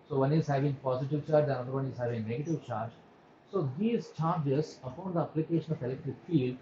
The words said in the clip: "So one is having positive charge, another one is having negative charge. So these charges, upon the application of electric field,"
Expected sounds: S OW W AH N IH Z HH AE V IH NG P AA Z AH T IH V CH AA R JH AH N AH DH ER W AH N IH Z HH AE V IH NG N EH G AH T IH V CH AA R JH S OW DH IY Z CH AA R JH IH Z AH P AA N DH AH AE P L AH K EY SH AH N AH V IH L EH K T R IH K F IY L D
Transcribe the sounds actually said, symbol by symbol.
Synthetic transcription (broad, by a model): S OW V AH N IH Z HH AE V IH NG P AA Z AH T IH V CH AA R JH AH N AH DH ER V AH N IH Z HH AE V IH NG N EH G AH T IH V CH AA R JH S OW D IY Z CH AA R JH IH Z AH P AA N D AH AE P L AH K EY SH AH N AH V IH L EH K T IH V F IY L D